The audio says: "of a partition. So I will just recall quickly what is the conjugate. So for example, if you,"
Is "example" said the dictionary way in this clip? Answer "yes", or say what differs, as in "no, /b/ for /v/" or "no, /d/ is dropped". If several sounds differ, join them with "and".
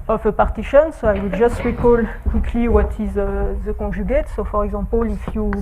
no, /m/ is dropped